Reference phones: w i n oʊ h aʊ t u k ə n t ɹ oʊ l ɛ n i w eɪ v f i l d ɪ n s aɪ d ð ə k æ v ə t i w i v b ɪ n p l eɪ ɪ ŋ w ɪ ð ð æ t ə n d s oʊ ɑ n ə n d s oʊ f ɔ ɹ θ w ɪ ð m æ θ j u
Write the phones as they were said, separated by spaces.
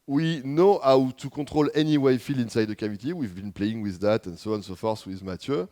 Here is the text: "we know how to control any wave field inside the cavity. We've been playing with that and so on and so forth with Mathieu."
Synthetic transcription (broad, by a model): w i n oʊ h aʊ t u k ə t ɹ oʊ l ɛ n i w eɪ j f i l ɪ n s aɪ d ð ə k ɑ v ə t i w i v b ɪ n p l eɪ ɪ ŋ w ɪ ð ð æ t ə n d s oʊ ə n s oʊ f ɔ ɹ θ w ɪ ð m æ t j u